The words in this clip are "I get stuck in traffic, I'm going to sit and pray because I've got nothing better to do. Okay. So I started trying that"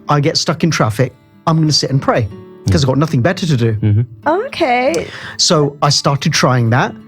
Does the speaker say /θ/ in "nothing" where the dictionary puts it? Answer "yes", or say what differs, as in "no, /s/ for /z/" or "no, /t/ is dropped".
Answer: yes